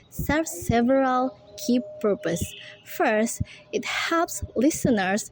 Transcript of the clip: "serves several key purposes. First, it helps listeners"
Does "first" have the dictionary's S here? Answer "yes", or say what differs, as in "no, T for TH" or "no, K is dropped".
yes